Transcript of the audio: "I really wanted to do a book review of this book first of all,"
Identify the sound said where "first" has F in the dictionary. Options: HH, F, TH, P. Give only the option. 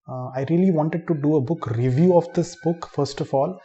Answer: F